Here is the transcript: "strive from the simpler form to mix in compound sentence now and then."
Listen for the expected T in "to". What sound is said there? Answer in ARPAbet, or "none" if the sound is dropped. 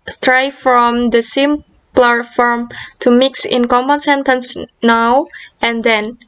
T